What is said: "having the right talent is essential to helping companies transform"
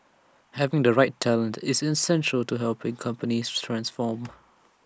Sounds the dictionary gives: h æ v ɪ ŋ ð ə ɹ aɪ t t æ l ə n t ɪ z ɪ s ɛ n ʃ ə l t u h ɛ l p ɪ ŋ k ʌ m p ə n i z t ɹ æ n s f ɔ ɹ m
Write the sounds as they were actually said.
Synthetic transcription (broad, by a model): h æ v ɪ ŋ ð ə ɹ aɪ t t æ l ə n t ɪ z ɪ s ɛ n ʃ ə l t u h ɛ l p ɪ ŋ k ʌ m p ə n i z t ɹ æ n s f ɔ m